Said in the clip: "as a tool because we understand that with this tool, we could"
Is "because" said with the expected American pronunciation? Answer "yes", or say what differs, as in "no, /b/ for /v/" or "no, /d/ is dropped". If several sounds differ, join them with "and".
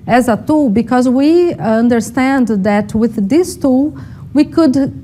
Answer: yes